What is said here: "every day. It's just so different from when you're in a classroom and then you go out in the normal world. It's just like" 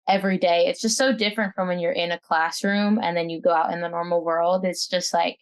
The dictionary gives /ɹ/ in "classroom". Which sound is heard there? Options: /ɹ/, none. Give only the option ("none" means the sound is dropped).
/ɹ/